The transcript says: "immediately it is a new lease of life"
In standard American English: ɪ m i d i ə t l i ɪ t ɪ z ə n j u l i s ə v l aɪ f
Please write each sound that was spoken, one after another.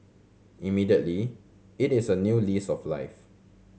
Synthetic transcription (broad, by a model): ɪ m i d i ə t l i ɪ t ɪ s ə n j u l i s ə f l aɪ f